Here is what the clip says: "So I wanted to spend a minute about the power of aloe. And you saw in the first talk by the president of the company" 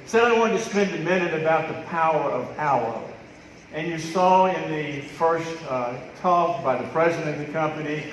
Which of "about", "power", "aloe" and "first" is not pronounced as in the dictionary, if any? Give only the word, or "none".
aloe